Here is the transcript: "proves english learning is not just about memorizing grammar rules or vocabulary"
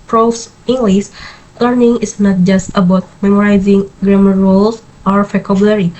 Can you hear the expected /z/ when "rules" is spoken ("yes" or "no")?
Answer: no